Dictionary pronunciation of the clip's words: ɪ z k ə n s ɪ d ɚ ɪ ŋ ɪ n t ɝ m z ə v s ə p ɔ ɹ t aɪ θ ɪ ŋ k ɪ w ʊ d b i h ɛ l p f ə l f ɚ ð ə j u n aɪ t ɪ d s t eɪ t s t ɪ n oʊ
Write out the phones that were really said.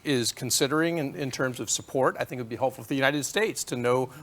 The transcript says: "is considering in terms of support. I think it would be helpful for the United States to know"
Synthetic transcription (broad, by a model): ɪ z k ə n s ɪ d ɚ ɪ ŋ ɪ n t ɝ m z ə v s ə p ɔ ɹ t aɪ θ ɪ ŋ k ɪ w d b i h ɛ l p f l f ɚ ð ə j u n aɪ t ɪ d s t eɪ t s t ɪ n oʊ